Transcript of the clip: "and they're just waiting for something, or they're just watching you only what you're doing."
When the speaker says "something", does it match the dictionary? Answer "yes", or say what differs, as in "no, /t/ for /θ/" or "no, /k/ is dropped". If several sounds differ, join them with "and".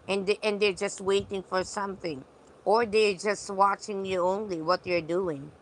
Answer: yes